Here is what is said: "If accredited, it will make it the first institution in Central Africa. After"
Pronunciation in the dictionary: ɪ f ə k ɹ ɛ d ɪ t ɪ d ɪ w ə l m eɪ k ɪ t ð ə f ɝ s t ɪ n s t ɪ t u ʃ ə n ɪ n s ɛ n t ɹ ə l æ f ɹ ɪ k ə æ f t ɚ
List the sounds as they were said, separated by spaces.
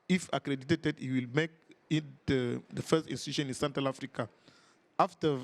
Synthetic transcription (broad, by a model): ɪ f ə k ɹ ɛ d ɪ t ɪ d ɪ w ə l m eɪ k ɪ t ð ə f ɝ s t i n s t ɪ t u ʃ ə n ɪ n s ɛ n t ɹ ə l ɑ f ɹ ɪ k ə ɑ f t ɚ